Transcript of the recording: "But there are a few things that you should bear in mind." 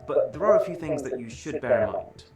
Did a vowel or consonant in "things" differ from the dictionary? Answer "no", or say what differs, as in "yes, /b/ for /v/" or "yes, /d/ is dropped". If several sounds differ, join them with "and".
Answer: no